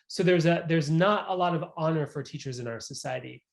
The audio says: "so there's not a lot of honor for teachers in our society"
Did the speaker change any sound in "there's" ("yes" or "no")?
no